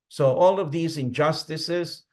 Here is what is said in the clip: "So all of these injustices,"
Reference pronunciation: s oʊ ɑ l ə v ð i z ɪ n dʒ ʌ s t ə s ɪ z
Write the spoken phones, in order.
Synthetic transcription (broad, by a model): s oʊ ɑ l ə v ð i z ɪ n dʒ ʌ s t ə s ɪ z